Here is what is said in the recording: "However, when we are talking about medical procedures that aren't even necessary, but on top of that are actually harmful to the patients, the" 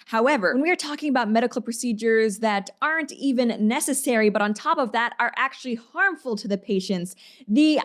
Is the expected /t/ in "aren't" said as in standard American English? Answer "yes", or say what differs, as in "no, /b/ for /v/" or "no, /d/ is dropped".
yes